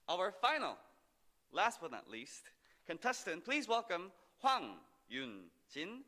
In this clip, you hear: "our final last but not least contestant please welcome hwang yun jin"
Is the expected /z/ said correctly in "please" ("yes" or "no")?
yes